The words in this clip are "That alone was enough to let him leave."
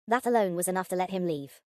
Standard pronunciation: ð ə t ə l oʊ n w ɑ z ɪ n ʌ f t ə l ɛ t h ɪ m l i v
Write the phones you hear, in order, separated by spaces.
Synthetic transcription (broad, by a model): ð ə t ə l oʊ n w ɑ z ɪ n ʌ f t ə l ɛ t h ɪ m l i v